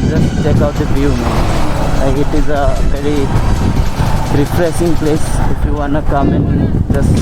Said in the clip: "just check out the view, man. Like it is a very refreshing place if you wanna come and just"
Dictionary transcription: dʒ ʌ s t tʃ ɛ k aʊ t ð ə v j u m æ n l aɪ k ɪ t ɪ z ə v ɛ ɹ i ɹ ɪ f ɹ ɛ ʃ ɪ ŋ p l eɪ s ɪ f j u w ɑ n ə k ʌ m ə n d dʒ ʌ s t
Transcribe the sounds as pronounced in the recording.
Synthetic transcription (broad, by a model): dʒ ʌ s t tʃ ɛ k aʊ t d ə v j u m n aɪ ɪ t ɪ z ə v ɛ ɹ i ɹ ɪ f ɹ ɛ s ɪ ŋ p l eɪ s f j u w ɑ n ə k ʌ m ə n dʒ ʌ s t